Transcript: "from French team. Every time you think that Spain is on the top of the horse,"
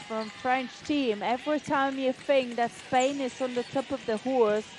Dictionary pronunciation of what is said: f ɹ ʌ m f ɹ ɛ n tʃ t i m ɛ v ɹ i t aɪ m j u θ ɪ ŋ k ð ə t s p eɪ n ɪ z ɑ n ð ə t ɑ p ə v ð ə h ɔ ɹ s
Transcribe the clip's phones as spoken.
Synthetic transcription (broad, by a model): f ɹ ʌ m f ɹ ɛ n tʃ t i m ɛ v ɹ i t aɪ m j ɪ f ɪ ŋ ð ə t s p eɪ n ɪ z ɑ n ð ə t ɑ p ə v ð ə h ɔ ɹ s